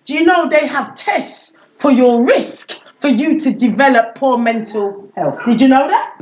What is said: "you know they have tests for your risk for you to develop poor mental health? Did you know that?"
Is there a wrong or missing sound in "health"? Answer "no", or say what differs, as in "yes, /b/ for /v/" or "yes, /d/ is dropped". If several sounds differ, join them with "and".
no